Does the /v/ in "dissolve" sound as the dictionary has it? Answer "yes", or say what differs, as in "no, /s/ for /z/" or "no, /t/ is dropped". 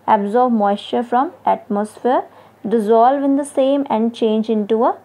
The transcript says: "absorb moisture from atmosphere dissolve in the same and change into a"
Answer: yes